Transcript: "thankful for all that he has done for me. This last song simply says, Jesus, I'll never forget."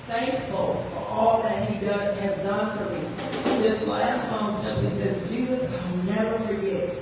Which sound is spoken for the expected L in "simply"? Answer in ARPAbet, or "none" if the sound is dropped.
none